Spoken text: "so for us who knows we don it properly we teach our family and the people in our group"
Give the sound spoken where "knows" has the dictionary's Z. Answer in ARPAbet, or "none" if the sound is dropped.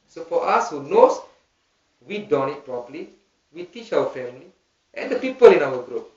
S